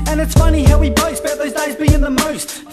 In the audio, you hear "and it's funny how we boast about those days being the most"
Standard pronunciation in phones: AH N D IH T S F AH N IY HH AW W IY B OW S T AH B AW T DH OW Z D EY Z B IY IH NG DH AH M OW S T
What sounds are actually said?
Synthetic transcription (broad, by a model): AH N IH T S F AH N IY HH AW W IY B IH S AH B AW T DH OW Z D EY Z B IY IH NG DH AH M OW S T